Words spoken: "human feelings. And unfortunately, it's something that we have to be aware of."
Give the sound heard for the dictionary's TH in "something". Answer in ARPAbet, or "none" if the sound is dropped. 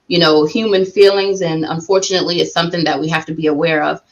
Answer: TH